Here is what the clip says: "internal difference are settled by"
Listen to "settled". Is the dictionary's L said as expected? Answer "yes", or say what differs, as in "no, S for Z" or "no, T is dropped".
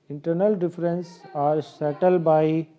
yes